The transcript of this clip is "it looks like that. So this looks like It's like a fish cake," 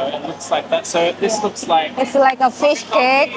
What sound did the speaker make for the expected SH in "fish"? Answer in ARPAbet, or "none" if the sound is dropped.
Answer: SH